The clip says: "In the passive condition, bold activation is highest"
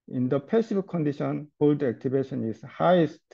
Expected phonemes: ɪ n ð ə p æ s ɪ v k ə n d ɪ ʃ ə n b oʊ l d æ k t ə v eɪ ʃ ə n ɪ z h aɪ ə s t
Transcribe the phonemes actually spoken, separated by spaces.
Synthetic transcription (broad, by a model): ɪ n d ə p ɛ s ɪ b k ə n d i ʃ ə n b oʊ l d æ k t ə b eɪ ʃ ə n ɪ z h aɪ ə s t